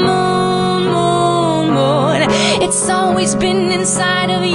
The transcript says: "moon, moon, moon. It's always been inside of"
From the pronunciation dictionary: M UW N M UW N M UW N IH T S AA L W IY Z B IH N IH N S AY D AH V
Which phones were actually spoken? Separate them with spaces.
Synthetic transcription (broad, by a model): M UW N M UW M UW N IH T S AA L W IY Z B IH N IH N S AY D AH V